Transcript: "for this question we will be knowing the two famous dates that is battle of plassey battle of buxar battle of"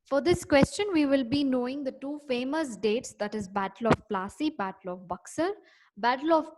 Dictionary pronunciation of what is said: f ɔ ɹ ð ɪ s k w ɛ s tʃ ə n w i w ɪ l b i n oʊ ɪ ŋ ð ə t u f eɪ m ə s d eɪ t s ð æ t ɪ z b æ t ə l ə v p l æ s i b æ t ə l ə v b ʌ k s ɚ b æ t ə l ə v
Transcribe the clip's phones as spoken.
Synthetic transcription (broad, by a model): f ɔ ɹ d ɪ s k w ɛ s tʃ ə n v i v ɪ l b i n oʊ ɪ ŋ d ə t u f eɪ m ə s d eɪ t s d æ t ɪ z b æ t ə l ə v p l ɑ s i b æ t ə l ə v b ʌ k s ɚ b æ t ə l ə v